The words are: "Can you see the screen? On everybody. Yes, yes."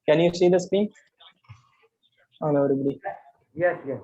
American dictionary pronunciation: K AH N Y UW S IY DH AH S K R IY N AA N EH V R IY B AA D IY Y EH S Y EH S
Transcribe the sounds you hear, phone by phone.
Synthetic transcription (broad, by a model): K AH N Y UW S IY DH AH S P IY AA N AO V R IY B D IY Y EH S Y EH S